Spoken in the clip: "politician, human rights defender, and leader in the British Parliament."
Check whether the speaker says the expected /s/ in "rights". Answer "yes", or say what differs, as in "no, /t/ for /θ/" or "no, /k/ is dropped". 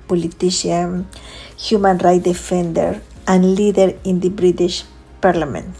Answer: no, /s/ is dropped